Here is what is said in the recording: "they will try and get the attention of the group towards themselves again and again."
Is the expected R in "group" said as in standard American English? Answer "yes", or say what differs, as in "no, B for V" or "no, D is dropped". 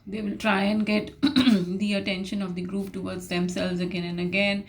yes